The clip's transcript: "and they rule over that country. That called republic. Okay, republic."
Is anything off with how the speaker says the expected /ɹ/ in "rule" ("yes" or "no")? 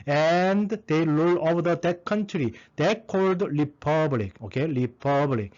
yes